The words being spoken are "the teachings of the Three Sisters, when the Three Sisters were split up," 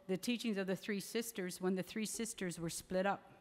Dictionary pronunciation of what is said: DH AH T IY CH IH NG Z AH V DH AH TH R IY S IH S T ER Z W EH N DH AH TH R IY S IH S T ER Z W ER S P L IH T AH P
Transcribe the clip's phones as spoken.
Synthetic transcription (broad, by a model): DH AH T IY CH IH NG Z AH V DH AH TH R IY S IH S T ER Z W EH N DH AH TH R IY S IH S T ER Z W ER S P L IH T AH P